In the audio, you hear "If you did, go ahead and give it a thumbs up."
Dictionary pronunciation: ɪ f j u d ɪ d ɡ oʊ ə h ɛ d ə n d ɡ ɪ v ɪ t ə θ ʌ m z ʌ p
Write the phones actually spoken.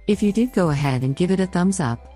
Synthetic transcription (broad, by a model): ɪ f j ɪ d ɪ d ɡ oʊ ə h ɛ d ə n ɡ ɪ v ɪ t ə θ ʌ m z ʌ p